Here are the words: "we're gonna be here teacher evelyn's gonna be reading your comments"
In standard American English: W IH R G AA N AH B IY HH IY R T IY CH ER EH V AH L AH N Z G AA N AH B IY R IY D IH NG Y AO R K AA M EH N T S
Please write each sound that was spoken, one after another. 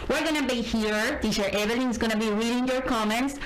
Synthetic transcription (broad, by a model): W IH R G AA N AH B IY HH IY R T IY SH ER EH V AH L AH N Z G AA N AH B IY R IY D IH NG Y AO R K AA M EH N T S